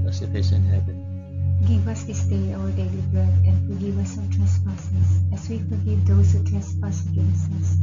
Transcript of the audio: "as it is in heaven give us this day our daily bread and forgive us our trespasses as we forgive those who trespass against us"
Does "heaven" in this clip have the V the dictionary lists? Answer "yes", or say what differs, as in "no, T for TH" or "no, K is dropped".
no, B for V